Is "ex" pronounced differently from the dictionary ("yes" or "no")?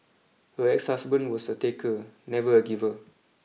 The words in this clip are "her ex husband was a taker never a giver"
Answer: no